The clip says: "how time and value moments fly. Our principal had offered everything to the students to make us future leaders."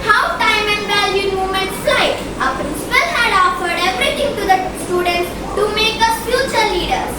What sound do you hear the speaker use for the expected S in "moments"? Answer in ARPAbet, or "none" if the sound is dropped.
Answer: none